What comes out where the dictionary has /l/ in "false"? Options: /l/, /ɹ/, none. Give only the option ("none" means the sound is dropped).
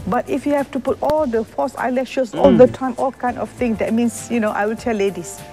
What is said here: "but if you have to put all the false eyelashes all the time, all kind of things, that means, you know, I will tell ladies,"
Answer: none